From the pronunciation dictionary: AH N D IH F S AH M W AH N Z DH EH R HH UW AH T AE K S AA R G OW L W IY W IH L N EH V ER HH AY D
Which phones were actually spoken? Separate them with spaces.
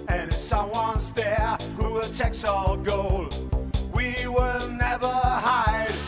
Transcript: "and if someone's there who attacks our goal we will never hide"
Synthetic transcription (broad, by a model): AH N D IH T S AH M W AH N Z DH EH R HH UW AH T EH K S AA L G OW L W IY W IH L N EH V ER HH AY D